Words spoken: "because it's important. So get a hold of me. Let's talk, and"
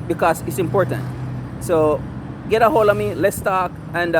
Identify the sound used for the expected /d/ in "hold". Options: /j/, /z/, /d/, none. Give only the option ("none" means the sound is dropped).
none